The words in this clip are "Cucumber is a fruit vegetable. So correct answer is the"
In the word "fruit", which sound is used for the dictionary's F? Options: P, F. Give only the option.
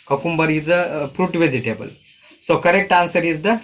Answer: P